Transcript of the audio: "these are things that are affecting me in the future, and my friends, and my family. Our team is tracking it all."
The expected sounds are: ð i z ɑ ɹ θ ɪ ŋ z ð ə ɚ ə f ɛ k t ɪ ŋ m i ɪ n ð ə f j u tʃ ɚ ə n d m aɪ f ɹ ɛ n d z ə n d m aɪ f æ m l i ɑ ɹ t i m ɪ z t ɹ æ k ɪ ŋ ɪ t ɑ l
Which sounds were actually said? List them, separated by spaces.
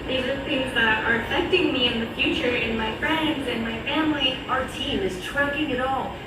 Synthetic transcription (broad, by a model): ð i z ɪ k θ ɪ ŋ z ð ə ɚ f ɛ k t ɪ ŋ m i ɪ n ð ə f j u tʃ ɚ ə n m aɪ f ɹ ɛ n d z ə n m aɪ f æ m l i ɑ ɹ t i m ɪ z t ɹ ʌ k ɪ ŋ ɪ t ɑ l